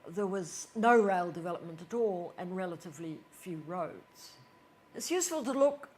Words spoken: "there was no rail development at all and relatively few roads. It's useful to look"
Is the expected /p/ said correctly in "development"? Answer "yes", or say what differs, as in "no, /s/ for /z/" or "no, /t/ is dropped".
yes